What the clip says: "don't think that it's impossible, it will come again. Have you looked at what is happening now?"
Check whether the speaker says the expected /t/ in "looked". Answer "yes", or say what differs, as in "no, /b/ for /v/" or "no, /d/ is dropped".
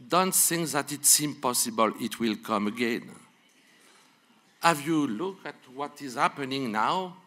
no, /t/ is dropped